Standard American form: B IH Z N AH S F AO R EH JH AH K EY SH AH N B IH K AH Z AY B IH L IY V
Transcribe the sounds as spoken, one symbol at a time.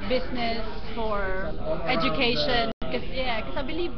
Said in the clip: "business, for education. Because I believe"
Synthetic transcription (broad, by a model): B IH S N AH S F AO R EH JH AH K EY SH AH N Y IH K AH S AY B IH L IY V